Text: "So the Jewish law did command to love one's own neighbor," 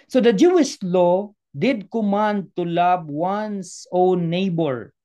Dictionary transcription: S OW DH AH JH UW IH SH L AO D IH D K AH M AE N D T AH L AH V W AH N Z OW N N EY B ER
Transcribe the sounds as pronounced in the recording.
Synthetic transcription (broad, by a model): S OW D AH JH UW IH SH L AO D IH D K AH M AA N D T AH L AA B W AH N S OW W N EY B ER